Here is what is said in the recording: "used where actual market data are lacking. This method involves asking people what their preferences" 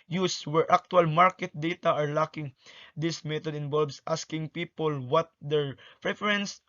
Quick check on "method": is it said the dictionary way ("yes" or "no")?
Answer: no